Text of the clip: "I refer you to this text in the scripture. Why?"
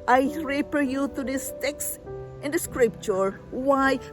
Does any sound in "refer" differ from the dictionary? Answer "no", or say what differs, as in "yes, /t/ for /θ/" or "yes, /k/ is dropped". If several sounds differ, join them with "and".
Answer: yes, /p/ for /f/